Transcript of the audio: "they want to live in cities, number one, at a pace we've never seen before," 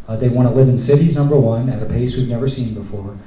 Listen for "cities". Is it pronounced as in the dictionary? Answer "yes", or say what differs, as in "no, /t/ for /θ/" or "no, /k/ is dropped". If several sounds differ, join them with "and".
yes